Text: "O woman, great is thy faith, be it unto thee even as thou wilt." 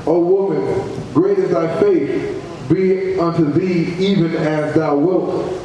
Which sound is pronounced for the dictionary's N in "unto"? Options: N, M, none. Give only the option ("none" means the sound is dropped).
N